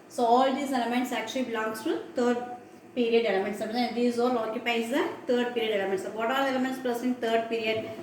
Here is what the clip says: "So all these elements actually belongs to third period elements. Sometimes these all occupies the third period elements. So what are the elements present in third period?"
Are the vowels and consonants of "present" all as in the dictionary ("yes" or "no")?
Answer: no